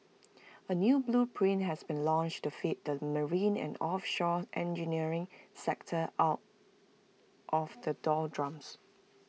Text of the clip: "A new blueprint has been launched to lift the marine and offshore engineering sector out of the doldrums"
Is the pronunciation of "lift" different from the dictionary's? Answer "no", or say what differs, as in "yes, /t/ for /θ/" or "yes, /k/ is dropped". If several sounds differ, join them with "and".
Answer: yes, /f/ is dropped